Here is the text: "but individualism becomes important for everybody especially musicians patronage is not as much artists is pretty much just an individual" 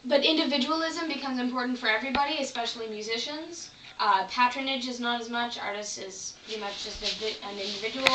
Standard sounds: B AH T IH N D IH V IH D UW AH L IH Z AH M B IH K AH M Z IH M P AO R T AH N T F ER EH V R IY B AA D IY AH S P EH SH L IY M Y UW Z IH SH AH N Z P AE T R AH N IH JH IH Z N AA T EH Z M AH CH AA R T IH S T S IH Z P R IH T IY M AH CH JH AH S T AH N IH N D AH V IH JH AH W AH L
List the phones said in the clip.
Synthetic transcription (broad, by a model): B AH T IH N D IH V IH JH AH L IH Z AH M B IH K AH M Z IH M P AO R T N T F ER EH V R IY B AA D IY AH S P EH SH L IY M Y UW Z IH SH AH N Z P AE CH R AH N IH JH IH Z N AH T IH Z M AH CH AA R T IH S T IH Z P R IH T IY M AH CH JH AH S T AH N IH N D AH V IH JH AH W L